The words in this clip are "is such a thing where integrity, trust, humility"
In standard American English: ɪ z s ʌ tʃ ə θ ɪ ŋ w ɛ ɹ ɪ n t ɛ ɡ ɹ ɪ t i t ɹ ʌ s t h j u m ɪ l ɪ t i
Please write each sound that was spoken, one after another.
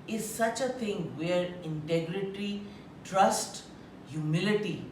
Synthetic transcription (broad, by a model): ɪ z s ʌ tʃ ə t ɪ ŋ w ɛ ɹ ɪ n t ɛ ɡ ɹ ɪ t i t ɹ ʌ s t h j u m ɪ l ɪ t i